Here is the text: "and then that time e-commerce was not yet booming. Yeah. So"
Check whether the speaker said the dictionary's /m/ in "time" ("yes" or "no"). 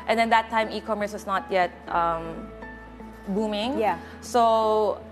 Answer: yes